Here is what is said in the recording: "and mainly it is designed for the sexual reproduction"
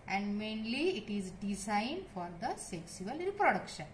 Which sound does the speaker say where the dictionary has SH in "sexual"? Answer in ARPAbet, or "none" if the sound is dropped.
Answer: S